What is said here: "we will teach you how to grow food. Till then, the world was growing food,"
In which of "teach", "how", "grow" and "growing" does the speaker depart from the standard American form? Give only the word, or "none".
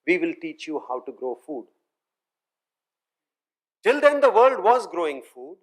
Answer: none